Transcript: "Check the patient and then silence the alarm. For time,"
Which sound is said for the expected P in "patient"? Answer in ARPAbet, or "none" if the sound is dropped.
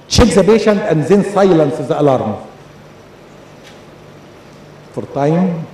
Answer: B